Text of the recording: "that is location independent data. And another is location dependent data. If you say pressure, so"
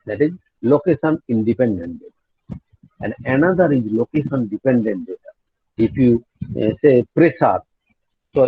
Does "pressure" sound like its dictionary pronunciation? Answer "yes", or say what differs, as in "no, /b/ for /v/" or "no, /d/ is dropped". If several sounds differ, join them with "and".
no, /s/ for /ʃ/